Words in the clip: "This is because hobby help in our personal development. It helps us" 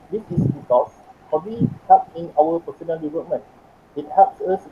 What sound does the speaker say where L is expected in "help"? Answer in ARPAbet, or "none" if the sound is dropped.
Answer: none